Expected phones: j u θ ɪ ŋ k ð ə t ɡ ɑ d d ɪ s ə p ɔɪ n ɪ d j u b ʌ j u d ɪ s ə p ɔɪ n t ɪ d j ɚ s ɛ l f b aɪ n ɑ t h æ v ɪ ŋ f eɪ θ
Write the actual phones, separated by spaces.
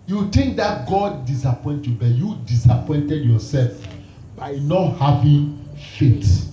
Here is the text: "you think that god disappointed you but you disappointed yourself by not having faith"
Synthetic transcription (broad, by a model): j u t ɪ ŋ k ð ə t ɡ ɑ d d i s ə p ɔɪ n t j u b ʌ j u d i s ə p ɔɪ n t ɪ d j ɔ s ɛ l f b aɪ n ɑ t h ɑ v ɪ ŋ f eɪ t